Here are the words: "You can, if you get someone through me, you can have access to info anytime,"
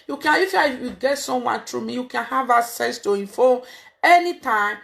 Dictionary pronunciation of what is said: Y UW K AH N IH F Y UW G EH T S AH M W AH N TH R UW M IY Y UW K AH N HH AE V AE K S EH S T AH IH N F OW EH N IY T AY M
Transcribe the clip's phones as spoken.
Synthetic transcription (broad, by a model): Y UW K AH N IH F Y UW G EH T S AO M W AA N T R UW M IY Y UW K AH N HH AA V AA S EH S T AH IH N F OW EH N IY T AY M